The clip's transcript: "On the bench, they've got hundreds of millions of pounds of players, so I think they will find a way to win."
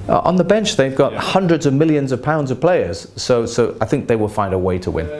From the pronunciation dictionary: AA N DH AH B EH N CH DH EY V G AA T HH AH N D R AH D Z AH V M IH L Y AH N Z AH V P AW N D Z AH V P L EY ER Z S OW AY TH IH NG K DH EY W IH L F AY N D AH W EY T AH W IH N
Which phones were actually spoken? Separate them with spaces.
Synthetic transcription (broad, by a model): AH N DH AH B EH N CH DH EY V G AA T HH AH N D R AH D Z AH V M IH L Y AH N Z AH V P AW N D Z AH V P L EY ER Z S OW AY TH IH NG K DH EY W IH L F AY N D AH W EY T AH W IH N